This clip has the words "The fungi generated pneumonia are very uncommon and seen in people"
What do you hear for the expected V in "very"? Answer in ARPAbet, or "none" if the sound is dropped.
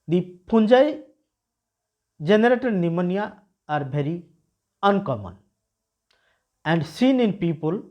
B